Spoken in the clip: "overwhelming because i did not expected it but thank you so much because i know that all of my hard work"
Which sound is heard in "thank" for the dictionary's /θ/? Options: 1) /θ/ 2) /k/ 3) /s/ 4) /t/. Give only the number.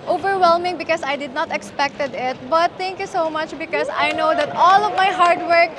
4